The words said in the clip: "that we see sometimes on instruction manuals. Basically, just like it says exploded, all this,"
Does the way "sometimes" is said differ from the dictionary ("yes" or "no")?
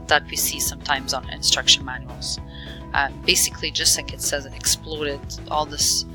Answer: no